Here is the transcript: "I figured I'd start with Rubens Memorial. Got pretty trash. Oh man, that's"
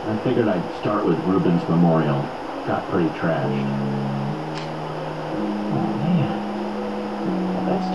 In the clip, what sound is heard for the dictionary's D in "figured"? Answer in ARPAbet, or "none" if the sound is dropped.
none